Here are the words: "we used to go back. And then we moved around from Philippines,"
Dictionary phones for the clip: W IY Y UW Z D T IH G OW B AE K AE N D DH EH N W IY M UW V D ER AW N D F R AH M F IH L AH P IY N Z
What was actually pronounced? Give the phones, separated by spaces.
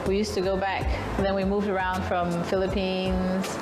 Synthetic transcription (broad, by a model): W IY Y UW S T IH G OW B AE K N DH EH N W IY M UW V D ER AW N D F R AH M F IH L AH P IY N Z